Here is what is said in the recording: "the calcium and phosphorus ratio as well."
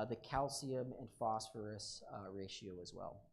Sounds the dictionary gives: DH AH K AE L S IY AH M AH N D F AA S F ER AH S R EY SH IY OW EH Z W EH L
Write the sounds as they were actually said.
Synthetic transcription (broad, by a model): DH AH K AE L S IY AH M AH N F AA S F ER AH S R EY SH IY OW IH Z W EH L